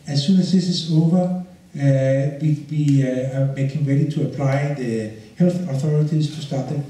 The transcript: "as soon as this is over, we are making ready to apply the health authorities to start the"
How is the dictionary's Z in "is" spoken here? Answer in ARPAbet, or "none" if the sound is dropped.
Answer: S